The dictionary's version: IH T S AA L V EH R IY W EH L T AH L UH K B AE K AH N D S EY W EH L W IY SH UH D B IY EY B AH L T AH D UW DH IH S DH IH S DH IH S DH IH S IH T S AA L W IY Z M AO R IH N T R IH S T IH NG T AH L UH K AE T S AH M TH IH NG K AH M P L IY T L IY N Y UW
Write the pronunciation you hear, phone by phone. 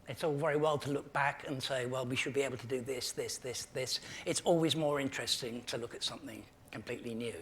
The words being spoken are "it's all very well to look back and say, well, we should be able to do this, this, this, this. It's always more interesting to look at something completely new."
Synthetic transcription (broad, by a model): IH T S AA L V EH R IY W EH L T AH L UH K B AE K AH N S EY W EH L W IY SH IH D B IY EY B L T AH D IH DH IH S DH IH S DH IH S DH IH S IH T S AA L W IY Z M AO R IH N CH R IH S T IH NG T AH L UH K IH T S AH M TH IH NG K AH M P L IY T L IY N Y UW